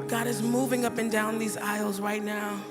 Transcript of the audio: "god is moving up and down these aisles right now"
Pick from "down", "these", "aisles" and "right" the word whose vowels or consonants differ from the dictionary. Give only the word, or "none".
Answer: none